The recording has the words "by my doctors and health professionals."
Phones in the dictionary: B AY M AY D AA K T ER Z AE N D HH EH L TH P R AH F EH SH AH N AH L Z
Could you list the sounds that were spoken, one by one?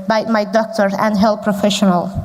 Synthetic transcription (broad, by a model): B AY M AY D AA K T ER AE N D HH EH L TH P R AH F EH SH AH N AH L